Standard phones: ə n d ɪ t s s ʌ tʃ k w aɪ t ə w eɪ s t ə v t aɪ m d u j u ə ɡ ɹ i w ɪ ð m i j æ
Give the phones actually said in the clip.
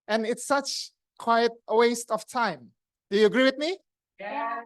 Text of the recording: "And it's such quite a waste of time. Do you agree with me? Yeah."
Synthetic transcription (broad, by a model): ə n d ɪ t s s ʌ tʃ k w aɪ t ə w eɪ s t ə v t aɪ m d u j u ə ɡ ɹ i w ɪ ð m i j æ